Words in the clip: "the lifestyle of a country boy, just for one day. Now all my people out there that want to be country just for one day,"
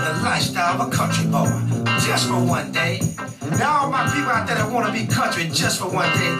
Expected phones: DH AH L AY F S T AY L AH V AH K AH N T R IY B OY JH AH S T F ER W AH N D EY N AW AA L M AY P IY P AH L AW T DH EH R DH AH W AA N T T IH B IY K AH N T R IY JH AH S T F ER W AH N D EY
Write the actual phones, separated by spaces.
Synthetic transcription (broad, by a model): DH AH L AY S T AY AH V AH K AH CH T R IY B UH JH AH S T F ER W AH N D EY N AW M AY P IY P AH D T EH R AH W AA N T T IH B IY K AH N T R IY JH AH S T F ER W AH N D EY